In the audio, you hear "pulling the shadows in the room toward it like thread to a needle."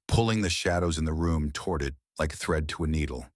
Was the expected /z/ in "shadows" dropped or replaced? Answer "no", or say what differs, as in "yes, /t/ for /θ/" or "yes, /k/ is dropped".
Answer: no